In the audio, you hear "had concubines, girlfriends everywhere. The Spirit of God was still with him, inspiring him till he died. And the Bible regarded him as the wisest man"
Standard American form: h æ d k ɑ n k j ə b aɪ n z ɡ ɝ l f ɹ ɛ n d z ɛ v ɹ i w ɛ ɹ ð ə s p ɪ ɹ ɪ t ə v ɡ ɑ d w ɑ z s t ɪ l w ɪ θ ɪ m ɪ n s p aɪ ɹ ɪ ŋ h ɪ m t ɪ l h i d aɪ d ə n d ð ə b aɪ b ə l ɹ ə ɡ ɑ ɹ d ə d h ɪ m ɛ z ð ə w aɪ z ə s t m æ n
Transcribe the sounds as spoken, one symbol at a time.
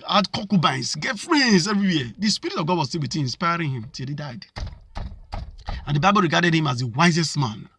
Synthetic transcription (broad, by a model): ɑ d k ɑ k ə b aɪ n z ɡ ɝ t f ɹ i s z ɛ v ɹ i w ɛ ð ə s p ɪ ɹ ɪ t ə v ɡ ɑ d w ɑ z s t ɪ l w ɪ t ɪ ɪ n s p aɪ ɹ ɪ ŋ h ɪ m t ɪ l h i d aɪ d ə n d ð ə b aɪ b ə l ɹ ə ɡ ɑ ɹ d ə d h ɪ m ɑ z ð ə w aɪ z ə s t m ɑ n